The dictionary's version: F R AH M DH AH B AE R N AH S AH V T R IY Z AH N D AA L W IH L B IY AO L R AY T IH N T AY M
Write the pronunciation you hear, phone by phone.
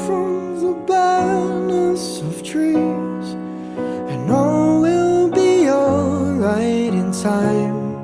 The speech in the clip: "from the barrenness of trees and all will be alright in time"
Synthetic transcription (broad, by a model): F R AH M DH AH B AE N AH S AH V T R IY Z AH N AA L W IH L B IY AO R AY T IH N T AY M